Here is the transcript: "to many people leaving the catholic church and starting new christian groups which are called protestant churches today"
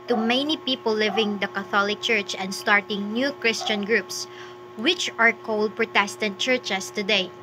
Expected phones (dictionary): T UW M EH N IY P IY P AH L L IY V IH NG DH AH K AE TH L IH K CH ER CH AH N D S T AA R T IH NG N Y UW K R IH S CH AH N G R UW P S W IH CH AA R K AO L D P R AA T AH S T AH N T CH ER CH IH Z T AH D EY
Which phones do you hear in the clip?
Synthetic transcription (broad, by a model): T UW M EH N IY P IY P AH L L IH V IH NG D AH K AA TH L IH K CH ER CH AH N D S T AA R T IH NG N Y UW K R IH S CH AH N G R UW P S W IH CH AA R K AO L D P R AA T AH S T AH N T CH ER CH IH S T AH D EY